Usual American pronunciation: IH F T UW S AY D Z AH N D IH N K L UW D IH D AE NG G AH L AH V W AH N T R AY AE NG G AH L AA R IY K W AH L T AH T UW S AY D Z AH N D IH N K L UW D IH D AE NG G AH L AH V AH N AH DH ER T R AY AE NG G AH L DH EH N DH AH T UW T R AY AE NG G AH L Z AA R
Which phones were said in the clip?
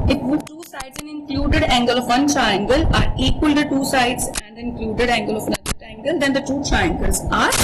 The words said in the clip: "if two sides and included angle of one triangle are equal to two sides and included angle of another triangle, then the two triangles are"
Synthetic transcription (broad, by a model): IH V T UW S AY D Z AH N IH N K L UW D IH D AE NG G AH L AH V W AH N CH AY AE NG G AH L AA R IY K W AH L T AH T UW S AY D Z AH N D IH N K L UW D IH D AE NG G AH L AH V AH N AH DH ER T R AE NG G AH L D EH N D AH T UW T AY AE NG G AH L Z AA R